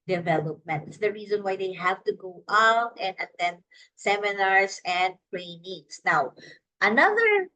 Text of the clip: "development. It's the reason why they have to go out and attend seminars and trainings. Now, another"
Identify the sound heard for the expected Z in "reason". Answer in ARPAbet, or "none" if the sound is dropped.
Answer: Z